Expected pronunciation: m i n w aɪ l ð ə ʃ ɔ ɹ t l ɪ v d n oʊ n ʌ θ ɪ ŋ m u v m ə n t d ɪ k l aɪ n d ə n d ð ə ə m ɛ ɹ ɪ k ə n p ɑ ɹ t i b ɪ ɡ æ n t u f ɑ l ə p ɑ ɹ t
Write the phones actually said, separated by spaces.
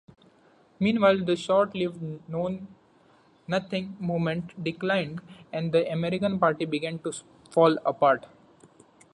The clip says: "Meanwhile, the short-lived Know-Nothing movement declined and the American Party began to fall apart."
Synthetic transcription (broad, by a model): m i n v aɪ l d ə ʃ ɔ ɹ t l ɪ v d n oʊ n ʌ t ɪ ŋ m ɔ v m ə n t d ɪ k l aɪ n d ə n d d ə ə m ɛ ɹ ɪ k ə n p ɑ ɹ t i b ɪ ɡ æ n t u f ɑ l ə p ɑ ɹ t